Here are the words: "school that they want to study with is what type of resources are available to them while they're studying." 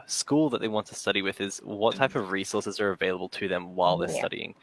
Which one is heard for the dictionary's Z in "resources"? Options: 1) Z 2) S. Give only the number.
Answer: 1